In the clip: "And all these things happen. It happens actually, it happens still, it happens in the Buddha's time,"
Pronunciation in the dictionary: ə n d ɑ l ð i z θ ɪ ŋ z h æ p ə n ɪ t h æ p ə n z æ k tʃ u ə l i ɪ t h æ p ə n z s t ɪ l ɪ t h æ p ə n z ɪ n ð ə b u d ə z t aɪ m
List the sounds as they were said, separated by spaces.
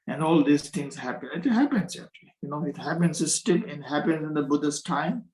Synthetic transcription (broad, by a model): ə n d ɑ l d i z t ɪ ŋ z h æ p ə n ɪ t h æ p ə n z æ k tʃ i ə n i ɪ t h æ p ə n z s t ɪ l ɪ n h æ p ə n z ɪ n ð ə b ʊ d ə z t aɪ m